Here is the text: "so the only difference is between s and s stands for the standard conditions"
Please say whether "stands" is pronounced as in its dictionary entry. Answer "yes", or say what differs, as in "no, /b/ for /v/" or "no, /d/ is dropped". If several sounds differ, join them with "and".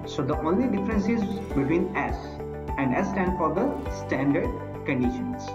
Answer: no, /z/ is dropped